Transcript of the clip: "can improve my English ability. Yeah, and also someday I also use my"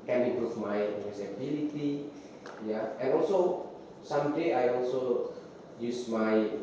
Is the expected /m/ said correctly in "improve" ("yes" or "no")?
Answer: no